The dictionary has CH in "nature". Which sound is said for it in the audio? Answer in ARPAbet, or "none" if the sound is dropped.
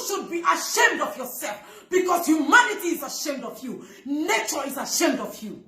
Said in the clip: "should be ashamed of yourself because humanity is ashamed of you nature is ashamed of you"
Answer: CH